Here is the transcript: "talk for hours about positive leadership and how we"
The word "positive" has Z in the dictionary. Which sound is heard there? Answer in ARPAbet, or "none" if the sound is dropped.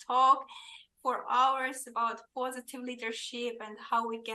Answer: Z